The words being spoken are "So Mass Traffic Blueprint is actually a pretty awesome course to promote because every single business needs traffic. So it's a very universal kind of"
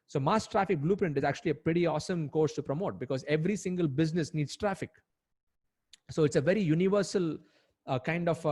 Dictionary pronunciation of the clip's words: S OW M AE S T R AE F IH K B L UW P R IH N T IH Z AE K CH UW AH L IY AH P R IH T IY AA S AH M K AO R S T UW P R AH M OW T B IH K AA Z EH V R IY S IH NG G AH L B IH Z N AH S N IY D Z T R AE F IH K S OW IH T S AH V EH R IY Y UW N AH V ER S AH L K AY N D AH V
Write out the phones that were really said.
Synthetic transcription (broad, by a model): S OW M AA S T R AE F IH K B L UW P R IH N T IH Z AE K CH UW AH L IY AH P R IH T IY AA S AH M K AO R S T UW P R AH M OW T B IH K AA Z EH V R IY S IH NG G AH L B IH Z N AH S N IY D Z T R AE F IH K S OW IH T S AH V EH R IY Y UW N AH V ER S AH L K AY N D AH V